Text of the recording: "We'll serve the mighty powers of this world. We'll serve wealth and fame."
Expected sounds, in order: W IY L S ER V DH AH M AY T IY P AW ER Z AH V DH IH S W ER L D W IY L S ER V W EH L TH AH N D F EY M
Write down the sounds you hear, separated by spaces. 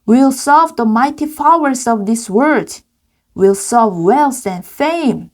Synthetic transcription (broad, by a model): W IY L S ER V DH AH M AY T IY F AW ER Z AH V DH IH S W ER D W IY L S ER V W EH L S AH N F EY M